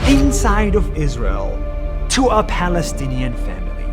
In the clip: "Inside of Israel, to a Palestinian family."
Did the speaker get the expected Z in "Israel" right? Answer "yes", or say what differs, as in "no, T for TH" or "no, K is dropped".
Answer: yes